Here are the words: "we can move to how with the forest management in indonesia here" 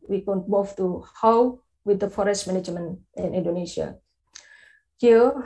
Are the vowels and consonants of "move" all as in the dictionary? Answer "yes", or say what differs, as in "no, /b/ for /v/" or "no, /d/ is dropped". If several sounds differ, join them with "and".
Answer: no, /f/ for /v/